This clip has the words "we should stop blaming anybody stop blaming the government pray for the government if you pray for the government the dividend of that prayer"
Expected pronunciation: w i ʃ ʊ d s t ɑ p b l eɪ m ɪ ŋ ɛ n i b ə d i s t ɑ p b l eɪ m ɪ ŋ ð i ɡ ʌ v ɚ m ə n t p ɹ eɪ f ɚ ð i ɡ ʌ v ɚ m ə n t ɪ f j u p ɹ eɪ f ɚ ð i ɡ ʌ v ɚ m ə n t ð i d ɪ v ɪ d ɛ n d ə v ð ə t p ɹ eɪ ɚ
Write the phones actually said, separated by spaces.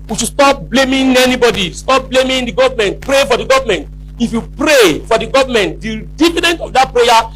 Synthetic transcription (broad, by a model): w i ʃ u s t ɑ p b l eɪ m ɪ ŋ ɛ n i b ə d i s t ɑ p b l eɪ m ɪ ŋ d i ɡ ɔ v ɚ m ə n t p ɹ eɪ f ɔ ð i ɡ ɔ v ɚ m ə n t ɪ f j u p ɹ eɪ f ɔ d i ɡ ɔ v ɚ m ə n t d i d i f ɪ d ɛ n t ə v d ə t p ɹ eɪ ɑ